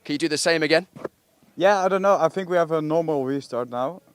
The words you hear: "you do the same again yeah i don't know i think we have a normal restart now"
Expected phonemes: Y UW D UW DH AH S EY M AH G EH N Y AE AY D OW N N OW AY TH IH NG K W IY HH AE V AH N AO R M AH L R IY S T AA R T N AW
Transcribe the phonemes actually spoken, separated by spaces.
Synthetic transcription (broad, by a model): Y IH D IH DH AH S EY M AH G EH N Y AE AY D OW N N OW AY TH IH NG K W IY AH V AH N AO R M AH L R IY S T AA R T N AW